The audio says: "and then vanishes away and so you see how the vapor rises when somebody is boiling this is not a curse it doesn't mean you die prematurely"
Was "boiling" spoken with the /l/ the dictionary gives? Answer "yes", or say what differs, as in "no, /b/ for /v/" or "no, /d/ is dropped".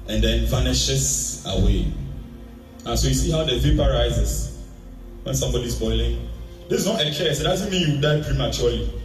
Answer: yes